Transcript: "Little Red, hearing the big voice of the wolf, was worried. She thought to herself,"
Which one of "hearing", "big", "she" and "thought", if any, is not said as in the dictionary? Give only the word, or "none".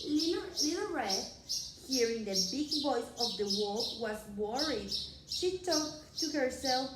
thought